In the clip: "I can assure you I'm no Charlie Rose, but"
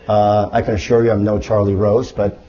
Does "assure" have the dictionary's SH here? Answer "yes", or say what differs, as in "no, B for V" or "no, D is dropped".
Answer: yes